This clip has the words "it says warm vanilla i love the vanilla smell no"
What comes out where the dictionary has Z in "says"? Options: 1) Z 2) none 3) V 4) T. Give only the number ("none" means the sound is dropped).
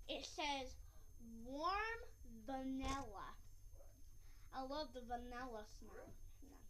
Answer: 1